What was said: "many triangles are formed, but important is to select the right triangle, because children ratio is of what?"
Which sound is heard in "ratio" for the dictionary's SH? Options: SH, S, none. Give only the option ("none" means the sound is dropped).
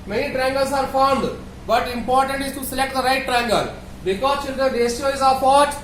S